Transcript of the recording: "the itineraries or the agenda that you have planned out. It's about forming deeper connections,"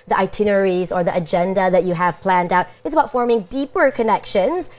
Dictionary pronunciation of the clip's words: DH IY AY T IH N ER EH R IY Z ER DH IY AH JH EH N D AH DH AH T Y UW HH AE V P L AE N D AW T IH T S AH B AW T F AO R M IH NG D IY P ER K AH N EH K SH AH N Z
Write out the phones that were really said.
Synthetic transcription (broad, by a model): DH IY AY T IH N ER R IY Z ER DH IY AH JH EH N D AH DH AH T Y UW HH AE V P L AE N D AW T IH T S AH B AW T F AO R M IH NG D IY P ER K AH N EH K SH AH N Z